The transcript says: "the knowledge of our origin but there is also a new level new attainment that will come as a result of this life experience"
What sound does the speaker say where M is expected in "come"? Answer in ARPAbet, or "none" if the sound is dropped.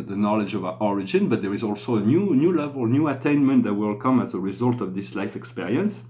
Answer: M